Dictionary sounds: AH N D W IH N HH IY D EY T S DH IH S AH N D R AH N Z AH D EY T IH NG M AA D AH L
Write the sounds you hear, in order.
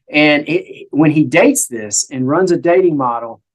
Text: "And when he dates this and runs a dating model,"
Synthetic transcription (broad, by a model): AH N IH W IH N IY D EY T S DH IH S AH N R AH N Z AH D EY T IH NG M AA D L